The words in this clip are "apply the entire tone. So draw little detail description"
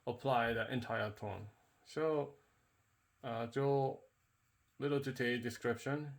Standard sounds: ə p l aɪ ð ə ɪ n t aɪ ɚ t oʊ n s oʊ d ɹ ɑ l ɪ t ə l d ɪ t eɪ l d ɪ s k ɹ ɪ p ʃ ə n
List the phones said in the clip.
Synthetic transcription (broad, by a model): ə p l aɪ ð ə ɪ n t aɪ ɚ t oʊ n s oʊ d ɑ l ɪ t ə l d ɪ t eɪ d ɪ s k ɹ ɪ p ʃ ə n